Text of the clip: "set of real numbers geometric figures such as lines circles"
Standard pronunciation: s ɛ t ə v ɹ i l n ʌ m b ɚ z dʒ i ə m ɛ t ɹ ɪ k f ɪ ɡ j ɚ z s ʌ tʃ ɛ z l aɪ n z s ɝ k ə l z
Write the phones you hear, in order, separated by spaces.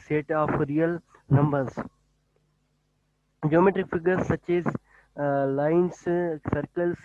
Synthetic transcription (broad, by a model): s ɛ t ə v ɹ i l n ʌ m b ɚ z dʒ i ə m ɛ t ɹ ɪ k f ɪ ɡ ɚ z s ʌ tʃ ɛ z l aɪ n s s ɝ k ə l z